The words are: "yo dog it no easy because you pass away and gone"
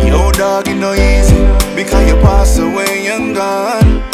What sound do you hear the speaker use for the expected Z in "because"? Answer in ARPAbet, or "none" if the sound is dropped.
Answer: none